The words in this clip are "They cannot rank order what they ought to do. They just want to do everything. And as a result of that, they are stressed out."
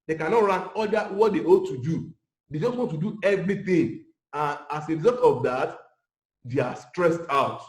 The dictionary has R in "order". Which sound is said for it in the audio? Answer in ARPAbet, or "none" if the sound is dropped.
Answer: L